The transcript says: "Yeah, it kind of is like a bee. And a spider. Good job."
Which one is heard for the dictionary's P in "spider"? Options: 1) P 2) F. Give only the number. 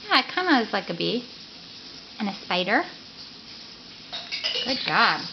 1